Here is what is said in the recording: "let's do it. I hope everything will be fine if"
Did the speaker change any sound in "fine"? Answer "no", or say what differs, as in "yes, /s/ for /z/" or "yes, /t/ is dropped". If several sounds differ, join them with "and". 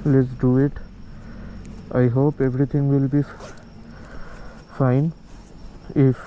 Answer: no